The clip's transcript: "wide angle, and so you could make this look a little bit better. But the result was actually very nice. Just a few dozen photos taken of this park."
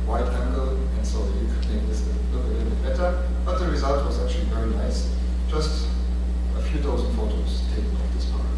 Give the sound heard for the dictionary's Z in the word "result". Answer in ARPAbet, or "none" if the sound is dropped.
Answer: Z